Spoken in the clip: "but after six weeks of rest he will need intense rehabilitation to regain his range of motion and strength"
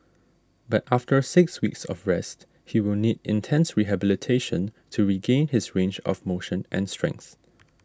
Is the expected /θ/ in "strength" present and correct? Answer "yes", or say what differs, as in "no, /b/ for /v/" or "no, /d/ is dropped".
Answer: yes